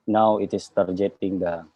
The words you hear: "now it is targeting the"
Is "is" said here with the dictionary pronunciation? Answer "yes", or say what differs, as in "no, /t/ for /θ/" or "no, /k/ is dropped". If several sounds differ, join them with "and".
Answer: no, /s/ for /z/